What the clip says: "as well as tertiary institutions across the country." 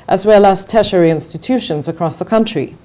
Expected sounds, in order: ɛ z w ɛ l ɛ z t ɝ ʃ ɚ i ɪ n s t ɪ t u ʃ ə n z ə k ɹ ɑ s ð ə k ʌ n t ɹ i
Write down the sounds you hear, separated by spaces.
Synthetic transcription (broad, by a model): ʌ z w ɛ l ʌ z t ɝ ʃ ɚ i ɪ n s t ɪ t u ʃ ə n z ə k ɹ ɑ s ð ə k ʌ n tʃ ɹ i